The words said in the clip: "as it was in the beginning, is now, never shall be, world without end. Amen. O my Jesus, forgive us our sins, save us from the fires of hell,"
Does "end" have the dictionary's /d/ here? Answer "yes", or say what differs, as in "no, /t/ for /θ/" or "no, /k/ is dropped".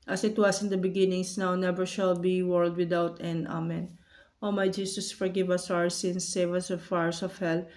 no, /d/ is dropped